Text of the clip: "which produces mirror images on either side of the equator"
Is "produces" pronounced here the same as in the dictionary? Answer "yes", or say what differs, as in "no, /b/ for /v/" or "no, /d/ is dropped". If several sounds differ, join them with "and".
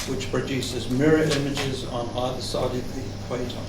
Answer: yes